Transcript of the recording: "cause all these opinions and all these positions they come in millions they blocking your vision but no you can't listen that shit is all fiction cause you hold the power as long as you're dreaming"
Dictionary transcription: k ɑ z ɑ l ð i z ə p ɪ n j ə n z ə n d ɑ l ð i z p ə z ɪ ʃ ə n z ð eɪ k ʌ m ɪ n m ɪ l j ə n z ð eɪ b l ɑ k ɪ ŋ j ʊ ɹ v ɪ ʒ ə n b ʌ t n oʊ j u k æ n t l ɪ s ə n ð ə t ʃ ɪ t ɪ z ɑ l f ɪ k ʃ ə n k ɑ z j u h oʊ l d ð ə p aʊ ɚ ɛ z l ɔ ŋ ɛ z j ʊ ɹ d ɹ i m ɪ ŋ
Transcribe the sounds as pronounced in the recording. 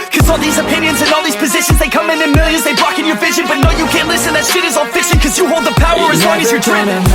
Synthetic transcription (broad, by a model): k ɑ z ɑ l ð i z ə p ɪ n j ə n z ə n ɑ l ð i z p ə z ɪ ʃ ə n z ð eɪ k ʌ m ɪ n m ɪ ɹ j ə z ð eɪ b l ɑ k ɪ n j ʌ ɹ v ɪ ʒ ə n b ʌ t n oʊ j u k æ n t l ɪ s ə n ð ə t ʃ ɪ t ɪ z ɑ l f ɪ k ʃ ə n k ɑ z j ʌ h oʊ l d ð ə p aʊ ɚ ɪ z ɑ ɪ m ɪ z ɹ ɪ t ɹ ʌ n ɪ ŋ